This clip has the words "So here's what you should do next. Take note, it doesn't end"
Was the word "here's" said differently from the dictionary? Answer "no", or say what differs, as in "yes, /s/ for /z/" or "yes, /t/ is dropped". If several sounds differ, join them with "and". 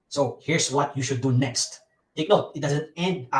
yes, /s/ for /z/